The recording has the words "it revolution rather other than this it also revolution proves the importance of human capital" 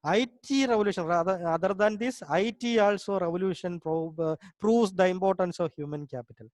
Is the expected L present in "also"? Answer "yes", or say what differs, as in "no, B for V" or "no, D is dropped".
yes